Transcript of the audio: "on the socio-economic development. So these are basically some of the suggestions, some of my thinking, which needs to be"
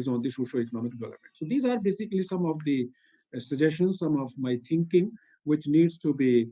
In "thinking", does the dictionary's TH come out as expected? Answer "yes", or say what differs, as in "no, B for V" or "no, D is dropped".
no, T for TH